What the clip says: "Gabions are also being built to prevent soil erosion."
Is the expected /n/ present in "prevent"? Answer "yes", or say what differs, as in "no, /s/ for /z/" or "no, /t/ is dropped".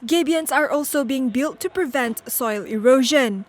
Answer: yes